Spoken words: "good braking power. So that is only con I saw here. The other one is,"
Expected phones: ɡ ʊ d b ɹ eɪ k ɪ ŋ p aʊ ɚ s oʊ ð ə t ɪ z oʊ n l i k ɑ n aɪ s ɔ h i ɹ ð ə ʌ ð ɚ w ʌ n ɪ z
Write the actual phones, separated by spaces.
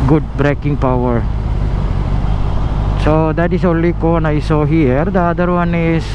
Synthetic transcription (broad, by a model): ɡ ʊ d b ɹ eɪ k ɪ ŋ p aʊ ɚ s oʊ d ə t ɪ s oʊ n l i k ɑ n aɪ s ɔ h i ɹ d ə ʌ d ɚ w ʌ n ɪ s